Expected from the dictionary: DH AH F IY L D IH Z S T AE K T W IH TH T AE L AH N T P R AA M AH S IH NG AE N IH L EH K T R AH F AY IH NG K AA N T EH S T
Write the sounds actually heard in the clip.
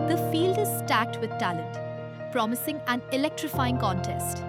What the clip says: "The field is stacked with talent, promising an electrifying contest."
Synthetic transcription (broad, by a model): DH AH F IY L D IH Z S T AE K T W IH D T AE L AH N T P R AA M AH S IH NG AE N IH L EH K T R AH F AY IH NG K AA N T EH S T